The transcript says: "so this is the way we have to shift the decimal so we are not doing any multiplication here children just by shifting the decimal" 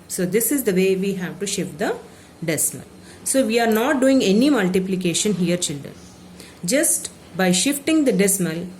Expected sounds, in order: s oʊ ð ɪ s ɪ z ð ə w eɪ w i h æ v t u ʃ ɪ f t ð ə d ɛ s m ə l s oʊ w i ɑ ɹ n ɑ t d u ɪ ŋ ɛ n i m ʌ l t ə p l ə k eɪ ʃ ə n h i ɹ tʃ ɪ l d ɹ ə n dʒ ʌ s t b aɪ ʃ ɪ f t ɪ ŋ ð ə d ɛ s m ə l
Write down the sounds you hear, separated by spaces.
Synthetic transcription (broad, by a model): s oʊ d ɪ s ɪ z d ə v eɪ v i h æ v t u ʃ ɪ f t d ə d ɛ s m ə l s oʊ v i ɑ ɹ n ɑ t d u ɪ ŋ ɛ n i m ʌ l t ə p l ə k eɪ ʃ ə n h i ɹ tʃ ɪ l d ɹ ə n dʒ ʌ s t b aɪ ʃ ɪ f t ɪ ŋ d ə d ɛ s m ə l